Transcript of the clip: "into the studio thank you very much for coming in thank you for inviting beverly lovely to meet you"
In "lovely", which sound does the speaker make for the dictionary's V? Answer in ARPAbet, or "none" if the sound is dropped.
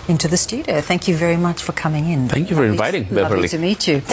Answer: none